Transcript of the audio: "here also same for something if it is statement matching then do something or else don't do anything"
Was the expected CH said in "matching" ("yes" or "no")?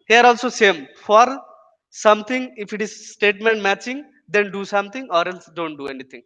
yes